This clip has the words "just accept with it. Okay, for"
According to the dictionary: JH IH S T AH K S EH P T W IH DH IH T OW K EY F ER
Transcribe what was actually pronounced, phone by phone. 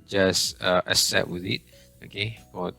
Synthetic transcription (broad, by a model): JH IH S T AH S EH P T W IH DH IH T OW K EY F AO